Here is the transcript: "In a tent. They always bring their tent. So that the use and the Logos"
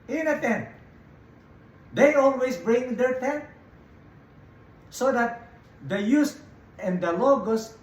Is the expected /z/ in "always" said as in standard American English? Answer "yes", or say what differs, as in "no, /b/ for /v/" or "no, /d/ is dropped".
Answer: no, /s/ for /z/